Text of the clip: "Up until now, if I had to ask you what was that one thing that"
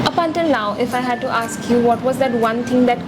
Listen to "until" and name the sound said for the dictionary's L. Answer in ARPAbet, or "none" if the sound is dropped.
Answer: N